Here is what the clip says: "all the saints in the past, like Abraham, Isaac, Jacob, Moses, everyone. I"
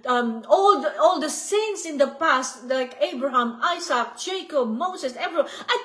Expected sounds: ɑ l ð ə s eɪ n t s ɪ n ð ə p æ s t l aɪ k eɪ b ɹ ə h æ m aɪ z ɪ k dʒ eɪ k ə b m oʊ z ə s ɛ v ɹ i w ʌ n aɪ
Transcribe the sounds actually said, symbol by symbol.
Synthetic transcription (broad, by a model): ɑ l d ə s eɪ n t s ɪ n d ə p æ s t l aɪ k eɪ b ɹ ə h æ m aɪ s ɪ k dʒ eɪ k ə b m oʊ s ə s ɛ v ɹ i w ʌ aɪ